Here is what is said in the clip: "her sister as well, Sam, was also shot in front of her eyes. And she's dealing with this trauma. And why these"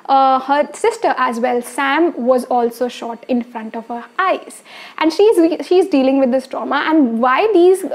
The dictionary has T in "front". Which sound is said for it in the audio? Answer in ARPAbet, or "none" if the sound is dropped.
T